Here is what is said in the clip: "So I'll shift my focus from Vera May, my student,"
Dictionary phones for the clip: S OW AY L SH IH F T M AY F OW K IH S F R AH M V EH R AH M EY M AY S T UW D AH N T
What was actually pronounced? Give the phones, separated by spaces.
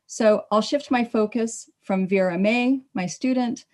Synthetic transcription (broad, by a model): S OW AY L SH IH F T M AY F OW K IH S F R AH M V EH R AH M EY M AY S T UW D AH N T